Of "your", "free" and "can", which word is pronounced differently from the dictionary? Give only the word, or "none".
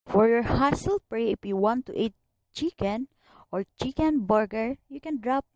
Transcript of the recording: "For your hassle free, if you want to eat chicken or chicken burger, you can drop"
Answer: free